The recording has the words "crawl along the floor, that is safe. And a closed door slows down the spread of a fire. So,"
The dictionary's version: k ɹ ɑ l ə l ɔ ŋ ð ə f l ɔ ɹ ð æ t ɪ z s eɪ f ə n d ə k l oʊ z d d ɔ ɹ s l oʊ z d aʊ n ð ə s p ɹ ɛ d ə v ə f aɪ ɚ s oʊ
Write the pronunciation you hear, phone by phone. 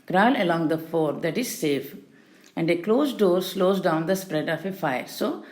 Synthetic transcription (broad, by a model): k ɹ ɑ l ə l ɔ ŋ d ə f ɔ ɹ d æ t ɪ z s eɪ f ə n d ə k l oʊ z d d ɔ ɹ s l oʊ z d aʊ n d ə s p ɹ ɛ d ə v ə f aɪ ɚ s oʊ